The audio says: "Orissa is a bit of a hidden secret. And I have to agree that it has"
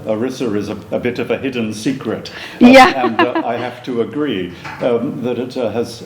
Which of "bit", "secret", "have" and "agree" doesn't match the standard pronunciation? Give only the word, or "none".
have